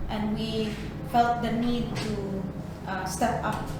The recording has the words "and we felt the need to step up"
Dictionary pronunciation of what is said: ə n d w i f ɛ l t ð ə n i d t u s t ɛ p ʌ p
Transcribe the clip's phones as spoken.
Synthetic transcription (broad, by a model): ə n w i f ɛ l t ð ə n i d t u s t ɛ p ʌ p